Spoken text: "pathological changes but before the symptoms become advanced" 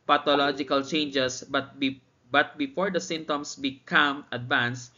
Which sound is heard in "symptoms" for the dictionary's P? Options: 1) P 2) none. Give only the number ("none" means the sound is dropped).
2